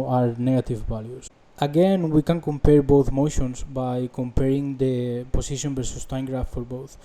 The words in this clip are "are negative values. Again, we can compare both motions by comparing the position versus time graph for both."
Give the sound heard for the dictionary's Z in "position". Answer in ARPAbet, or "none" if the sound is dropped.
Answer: S